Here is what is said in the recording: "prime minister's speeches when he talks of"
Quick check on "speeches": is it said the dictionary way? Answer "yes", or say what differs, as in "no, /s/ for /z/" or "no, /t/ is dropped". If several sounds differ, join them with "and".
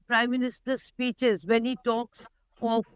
yes